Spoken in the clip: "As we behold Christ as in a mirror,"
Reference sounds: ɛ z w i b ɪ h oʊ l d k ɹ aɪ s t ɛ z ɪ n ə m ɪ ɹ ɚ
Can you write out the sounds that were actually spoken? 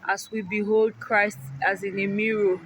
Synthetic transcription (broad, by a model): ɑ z w i b ɪ h oʊ l d k ɹ aɪ s t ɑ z ɪ n ə m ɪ ɹ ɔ